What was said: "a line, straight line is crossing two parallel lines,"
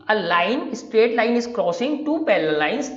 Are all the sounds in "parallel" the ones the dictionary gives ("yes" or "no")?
no